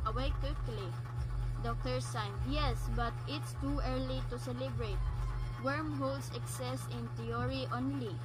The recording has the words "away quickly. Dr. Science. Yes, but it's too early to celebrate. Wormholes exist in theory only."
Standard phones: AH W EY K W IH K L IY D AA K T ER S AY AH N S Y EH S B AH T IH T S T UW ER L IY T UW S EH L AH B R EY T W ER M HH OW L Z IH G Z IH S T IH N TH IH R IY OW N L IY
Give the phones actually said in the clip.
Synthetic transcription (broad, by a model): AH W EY K W IH K L IY D AA K T ER S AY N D Y EH S B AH T IH T S T UW ER L IY T UW S EH L AH B R EY T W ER M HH OW L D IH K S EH S IH N T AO R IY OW N L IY